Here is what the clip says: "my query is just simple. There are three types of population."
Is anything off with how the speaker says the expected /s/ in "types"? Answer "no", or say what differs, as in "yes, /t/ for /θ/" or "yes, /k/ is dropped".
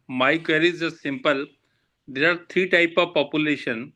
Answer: yes, /s/ is dropped